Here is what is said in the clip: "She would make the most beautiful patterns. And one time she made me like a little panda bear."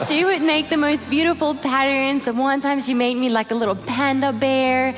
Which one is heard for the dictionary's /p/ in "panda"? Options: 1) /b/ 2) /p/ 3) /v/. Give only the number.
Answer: 2